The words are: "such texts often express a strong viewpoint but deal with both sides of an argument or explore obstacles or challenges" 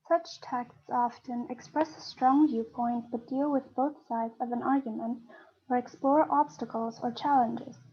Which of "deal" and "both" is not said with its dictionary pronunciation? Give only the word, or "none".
none